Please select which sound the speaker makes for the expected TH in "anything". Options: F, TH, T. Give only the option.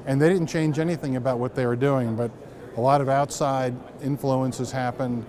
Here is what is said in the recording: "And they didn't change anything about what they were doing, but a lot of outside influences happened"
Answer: TH